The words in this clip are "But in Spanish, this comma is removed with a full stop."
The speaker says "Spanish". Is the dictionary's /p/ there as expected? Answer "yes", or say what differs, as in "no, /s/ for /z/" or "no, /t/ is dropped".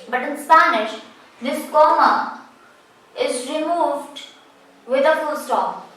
yes